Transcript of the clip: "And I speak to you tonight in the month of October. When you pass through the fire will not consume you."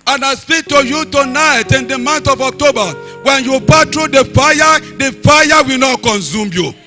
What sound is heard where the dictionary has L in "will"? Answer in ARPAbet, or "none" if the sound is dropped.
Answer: W